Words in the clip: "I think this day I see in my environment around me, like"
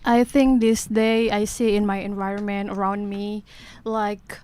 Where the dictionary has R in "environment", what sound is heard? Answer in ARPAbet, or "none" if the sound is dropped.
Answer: R